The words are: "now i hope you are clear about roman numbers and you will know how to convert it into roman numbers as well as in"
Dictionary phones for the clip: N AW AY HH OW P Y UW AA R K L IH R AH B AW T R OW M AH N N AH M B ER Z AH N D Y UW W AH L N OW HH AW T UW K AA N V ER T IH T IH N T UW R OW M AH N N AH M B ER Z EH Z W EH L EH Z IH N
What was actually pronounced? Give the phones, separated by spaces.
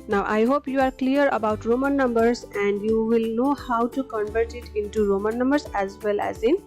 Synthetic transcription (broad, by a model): N AW AY HH OW P Y UW AA R K L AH R AH B AW T R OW M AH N N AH M B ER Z AH N D Y UW W AH L N OW HH AW T UW K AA N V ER T IH T IH N T UW R OW M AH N N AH M B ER S EH Z W EH L EH Z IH N